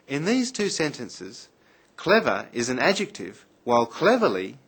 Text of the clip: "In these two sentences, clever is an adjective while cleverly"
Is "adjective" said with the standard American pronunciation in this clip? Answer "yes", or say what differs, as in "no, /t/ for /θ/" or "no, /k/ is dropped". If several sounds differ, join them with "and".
yes